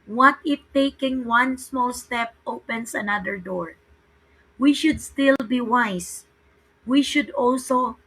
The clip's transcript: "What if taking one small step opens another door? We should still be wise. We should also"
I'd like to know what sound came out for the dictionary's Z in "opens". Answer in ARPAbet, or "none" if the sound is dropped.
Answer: S